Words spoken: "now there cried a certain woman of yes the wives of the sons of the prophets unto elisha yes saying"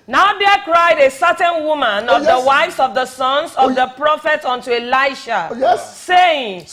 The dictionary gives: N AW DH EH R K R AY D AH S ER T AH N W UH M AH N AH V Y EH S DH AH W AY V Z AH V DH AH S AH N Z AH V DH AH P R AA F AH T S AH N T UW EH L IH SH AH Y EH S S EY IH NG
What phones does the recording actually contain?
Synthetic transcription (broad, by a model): N AW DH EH K R AY D AH S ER T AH N W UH M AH N AH V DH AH W AY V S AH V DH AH S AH N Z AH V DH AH P R AA F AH T AH N T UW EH L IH AH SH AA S S EY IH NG